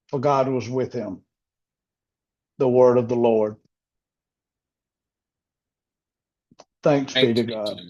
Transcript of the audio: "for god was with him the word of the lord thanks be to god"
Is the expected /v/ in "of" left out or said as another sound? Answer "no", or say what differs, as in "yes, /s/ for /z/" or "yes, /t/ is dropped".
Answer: no